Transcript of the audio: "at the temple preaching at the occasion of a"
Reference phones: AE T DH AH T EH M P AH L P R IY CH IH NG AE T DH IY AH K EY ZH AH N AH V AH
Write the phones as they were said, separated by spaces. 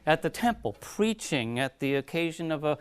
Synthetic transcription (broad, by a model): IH T DH AH T EH M P L P R IY CH IH NG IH T DH IY AH K EY ZH AH N AH V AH